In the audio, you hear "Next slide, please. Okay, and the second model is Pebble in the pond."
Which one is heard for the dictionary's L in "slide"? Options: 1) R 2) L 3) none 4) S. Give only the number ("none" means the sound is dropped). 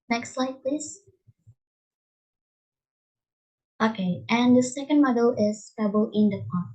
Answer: 2